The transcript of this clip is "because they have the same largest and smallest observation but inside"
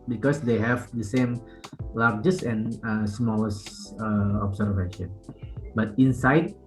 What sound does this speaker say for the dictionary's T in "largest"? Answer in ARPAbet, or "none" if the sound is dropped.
none